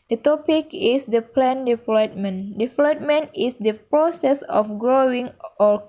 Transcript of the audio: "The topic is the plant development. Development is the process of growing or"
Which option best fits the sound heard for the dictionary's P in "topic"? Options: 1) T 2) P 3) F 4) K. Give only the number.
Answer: 2